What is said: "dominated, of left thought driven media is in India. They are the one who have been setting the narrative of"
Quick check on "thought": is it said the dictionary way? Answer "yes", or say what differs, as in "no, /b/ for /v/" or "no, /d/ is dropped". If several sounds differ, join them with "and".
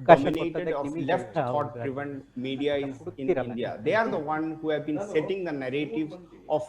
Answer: no, /f/ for /θ/